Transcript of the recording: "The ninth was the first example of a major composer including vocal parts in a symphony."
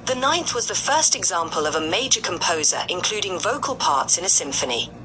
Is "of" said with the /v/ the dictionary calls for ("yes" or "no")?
yes